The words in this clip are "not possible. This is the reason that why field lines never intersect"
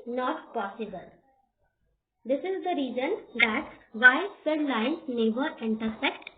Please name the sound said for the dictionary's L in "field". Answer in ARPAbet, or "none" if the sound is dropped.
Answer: none